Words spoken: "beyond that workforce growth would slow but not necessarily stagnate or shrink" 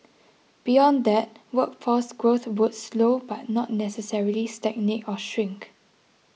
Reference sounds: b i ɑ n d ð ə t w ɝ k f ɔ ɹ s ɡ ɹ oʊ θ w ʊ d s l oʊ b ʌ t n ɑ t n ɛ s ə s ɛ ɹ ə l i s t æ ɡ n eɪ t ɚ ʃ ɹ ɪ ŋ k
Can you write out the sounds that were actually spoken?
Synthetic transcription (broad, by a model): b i ɑ n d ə t w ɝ k f ɔ s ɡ ɹ oʊ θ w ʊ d s l oʊ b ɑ t n ɑ t n ɛ s ə s ɛ ɹ ə l i s t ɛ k n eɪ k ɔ ʃ ɹ ɪ ŋ k